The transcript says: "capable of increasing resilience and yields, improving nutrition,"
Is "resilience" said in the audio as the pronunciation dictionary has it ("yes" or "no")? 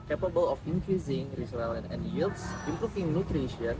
no